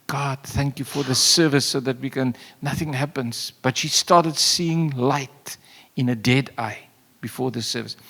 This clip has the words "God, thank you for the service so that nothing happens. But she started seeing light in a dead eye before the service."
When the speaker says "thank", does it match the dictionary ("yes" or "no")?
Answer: yes